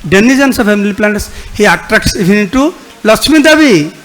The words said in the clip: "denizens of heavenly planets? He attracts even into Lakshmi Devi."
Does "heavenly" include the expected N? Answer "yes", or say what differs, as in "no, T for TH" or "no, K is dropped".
no, N is dropped